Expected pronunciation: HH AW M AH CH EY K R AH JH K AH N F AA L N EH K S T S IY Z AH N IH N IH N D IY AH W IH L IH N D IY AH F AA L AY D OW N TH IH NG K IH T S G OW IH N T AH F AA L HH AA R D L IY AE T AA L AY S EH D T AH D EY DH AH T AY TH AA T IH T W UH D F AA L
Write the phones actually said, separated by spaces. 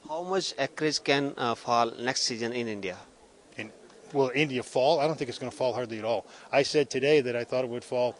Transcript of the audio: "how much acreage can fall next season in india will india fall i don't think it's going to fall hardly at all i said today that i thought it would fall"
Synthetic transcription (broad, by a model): HH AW M AH CH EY K R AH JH K AH N F AA L N EH K S T S IY Z AH N IH N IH N D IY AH W IH L IH N D IY AH F AA L AY D OW N TH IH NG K IH T S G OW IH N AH F AA L HH AA R D L IY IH T AA L AY S EH D T AH D EY DH AH T AY TH AA T IH T W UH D F AA L